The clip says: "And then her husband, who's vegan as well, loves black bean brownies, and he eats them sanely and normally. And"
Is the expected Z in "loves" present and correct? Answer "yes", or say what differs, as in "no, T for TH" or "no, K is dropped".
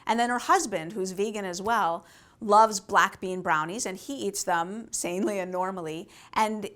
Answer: yes